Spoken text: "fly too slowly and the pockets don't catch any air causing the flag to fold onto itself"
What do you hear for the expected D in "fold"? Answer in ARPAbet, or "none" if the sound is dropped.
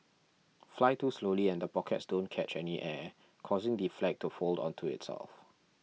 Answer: D